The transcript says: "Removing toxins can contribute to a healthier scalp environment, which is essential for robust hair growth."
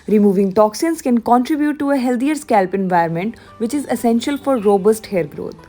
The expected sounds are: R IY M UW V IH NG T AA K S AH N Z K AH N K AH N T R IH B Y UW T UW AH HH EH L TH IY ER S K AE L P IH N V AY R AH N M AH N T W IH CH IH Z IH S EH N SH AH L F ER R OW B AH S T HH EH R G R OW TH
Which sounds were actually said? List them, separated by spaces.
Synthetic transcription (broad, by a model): R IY M UW V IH NG T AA K S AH N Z K AH N K AH N T R IH B Y UW T UW AH HH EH L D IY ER S K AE L P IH N V AY AH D M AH N T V IH CH IH Z IH S EH N SH AH L F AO R OW B AH S T HH EH R G R OW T